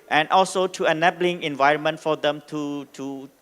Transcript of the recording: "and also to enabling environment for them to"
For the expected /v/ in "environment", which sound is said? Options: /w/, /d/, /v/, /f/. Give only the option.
/v/